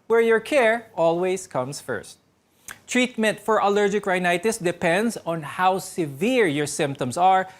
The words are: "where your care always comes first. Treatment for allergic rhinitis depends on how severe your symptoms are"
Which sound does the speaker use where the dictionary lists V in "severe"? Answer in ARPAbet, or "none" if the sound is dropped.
V